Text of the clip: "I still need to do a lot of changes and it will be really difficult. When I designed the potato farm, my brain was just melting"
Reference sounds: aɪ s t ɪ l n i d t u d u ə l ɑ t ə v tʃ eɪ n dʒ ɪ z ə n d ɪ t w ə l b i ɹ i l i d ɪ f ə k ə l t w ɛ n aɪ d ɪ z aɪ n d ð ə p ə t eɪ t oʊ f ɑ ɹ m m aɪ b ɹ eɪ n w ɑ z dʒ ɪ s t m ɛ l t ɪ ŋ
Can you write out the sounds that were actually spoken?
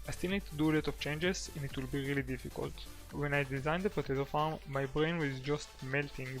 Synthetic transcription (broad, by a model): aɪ s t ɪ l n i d t u d u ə l ɑ t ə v tʃ eɪ n dʒ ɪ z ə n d ɪ t w ə l b i ɹ i l i d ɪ f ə k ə l t w ɛ n aɪ d ɪ z aɪ n d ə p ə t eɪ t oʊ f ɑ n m m aɪ b ɹ eɪ n w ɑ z dʒ ɪ s t m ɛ l t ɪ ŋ